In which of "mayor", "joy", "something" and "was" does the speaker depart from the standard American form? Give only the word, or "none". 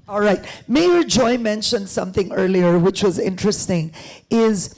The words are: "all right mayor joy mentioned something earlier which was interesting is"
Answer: none